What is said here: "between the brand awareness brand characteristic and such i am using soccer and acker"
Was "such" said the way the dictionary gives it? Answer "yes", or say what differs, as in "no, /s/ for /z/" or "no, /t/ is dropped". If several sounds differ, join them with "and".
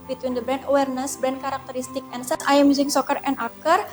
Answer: no, /s/ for /tʃ/